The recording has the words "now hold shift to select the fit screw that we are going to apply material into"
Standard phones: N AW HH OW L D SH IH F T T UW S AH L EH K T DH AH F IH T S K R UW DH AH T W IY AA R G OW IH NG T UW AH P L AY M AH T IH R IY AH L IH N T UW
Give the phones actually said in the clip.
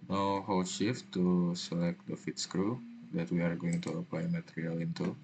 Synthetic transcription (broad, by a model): N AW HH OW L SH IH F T T UW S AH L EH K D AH F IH T S K R UW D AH T W IY AA R G OW IH NG T UW AH P L AY M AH T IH R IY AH L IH N T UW